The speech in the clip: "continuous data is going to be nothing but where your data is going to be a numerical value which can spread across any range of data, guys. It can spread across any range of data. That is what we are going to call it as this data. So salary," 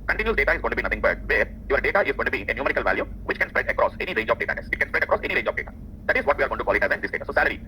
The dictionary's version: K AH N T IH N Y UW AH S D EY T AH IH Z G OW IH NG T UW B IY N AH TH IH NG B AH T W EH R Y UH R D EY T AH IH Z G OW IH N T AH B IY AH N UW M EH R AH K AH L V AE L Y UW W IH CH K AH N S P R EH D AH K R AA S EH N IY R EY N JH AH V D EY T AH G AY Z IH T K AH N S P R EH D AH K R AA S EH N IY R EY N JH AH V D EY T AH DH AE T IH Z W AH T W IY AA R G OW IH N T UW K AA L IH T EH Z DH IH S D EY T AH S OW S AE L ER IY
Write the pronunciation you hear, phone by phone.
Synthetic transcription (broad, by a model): K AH N T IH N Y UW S D EY T AH IH Z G OW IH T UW B IY N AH T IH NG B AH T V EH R Y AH R D EY T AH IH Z G OW IH N T AH B IY AH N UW M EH R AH K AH L V AE L Y UW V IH CH K AH N S P R EH D AH K R AA S EH N IY R EY N JH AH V D EY T AH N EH S IH T K AH N S P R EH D AH K R AA S EH N IY R EY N JH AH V D EY T AH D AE T IH Z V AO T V IY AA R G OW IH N T UW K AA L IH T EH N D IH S D EY T AH S OW S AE L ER IY